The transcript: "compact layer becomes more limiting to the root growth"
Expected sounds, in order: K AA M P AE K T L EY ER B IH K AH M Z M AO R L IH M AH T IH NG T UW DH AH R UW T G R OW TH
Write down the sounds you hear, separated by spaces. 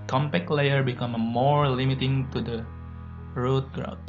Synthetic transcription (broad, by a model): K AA M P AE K L EY ER B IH K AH M M AO R L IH M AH T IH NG T UW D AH R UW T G R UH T